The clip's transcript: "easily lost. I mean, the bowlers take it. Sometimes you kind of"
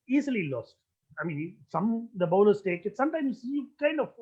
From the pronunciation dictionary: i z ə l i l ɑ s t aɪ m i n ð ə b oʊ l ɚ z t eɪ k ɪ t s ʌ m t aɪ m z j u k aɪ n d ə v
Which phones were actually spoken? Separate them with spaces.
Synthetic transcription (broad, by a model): i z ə l i l ɑ s t aɪ m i n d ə b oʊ n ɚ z t eɪ k ɪ t s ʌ m t aɪ m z j u k aɪ n d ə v